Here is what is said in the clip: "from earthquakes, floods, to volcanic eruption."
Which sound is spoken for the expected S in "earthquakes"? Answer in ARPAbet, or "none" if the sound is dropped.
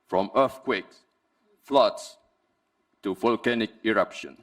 none